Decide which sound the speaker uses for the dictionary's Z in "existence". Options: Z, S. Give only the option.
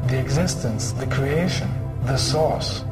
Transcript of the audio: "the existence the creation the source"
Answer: Z